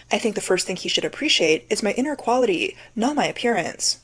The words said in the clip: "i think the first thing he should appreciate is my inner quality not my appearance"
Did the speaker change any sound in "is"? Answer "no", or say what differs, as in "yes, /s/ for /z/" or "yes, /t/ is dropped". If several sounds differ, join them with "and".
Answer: no